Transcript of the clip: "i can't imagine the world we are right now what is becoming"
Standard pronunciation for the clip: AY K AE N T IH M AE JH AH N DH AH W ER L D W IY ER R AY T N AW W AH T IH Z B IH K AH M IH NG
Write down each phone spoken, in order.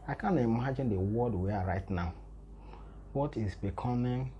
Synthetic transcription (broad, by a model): AY K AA N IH M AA JH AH N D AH W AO D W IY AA R AY T N AW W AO T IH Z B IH K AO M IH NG